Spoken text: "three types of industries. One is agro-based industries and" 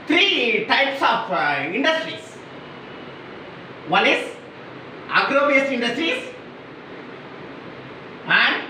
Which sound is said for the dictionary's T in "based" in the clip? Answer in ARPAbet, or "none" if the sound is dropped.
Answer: none